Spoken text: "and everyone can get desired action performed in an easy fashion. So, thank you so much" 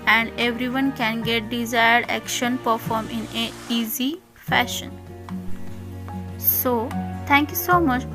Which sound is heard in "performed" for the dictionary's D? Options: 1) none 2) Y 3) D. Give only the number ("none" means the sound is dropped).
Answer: 1